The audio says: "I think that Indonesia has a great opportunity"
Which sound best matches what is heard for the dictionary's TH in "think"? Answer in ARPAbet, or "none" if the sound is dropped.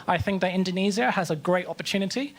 TH